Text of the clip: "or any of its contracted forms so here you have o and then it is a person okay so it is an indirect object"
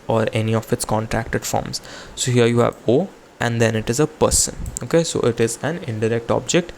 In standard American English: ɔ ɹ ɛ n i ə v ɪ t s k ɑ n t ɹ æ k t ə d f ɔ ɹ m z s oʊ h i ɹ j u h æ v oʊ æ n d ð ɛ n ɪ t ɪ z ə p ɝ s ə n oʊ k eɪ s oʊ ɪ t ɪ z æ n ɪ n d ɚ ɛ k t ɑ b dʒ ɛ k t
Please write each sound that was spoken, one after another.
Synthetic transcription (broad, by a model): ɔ ɹ ɛ n i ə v ɪ t s k ɑ n t ɹ æ k t ə d f ɔ ɹ m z s oʊ h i ɹ j u h æ v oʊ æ n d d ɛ n ɪ t ɪ z ə p ɝ s ə n oʊ k eɪ s oʊ ɪ t ɪ z æ n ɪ n d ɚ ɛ k t ɑ b dʒ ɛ k t